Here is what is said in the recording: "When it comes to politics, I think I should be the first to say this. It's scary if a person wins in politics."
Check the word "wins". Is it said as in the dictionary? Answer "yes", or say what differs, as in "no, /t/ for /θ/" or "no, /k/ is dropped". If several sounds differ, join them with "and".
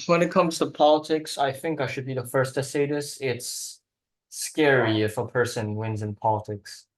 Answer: yes